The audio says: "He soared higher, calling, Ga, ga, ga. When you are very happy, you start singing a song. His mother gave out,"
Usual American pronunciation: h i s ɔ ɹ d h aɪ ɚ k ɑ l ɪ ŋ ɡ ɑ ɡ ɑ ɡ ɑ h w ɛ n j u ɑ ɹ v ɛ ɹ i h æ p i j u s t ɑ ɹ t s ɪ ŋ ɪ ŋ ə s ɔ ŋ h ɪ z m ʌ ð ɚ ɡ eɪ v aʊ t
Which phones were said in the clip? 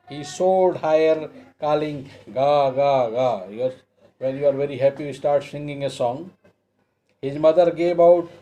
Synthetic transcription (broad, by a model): h i s ɔ l d h aɪ ɚ k ɑ l ɪ ŋ ɡ ɑ ɡ ɑ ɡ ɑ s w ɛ n j u ɑ ɹ v ɛ ɹ i h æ p i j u s t ɑ ɹ t s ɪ ŋ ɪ ŋ ə s ɔ ŋ h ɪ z m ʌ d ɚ ɡ eɪ v aʊ t